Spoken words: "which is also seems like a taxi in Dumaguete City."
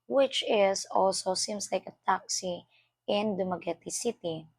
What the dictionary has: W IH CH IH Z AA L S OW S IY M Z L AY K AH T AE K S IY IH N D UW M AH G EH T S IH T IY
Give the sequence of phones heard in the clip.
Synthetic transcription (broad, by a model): W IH CH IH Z AA L S OW S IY M S L AY K AH T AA K S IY IH N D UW M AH G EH T S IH T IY